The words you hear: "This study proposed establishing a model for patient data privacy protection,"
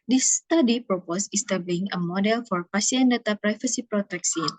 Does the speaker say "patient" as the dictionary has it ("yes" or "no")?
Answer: no